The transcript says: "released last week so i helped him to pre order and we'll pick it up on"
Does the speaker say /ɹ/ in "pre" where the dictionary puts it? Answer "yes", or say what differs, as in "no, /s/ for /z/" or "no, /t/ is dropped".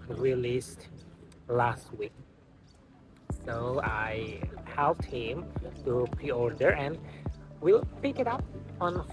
no, /ɹ/ is dropped